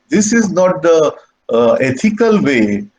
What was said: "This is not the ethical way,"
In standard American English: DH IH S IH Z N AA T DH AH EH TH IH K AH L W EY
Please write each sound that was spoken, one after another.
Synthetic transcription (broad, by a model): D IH S IH Z N AA T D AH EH T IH K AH L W EY